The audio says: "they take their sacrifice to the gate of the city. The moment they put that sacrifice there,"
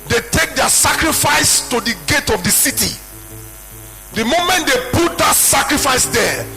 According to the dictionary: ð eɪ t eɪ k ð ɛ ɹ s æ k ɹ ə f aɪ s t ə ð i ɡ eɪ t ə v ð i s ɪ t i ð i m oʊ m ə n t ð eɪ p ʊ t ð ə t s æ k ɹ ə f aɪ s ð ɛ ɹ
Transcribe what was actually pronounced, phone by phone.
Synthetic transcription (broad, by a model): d eɪ t eɪ k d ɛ s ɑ k ɹ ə f aɪ s t ə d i ɡ eɪ t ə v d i s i t i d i m oʊ m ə n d eɪ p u t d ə t s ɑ k ɹ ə f aɪ s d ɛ